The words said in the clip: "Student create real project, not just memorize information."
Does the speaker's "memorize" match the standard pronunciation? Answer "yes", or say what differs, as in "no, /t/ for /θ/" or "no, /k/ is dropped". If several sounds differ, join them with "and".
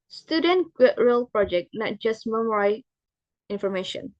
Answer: no, /z/ is dropped